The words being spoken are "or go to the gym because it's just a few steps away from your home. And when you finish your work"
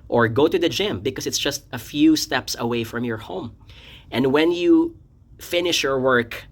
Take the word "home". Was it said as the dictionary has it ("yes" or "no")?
yes